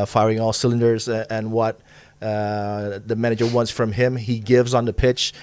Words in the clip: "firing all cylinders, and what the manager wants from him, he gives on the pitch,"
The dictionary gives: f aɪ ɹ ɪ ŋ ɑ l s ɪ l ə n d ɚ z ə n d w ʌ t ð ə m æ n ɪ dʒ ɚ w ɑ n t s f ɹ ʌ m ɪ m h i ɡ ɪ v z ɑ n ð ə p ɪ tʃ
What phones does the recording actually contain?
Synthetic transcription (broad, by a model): f aɪ ɹ ɪ ŋ ɑ l s ɪ l ə n d ɚ z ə n w ʌ t ð ə m æ n ɪ dʒ ɚ w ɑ n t s f ɹ ʌ m ɪ m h i ɡ ɪ v z n ð ə p ɪ tʃ